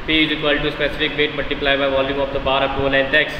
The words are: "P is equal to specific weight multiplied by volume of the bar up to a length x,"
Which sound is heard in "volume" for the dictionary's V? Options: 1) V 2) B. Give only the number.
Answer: 1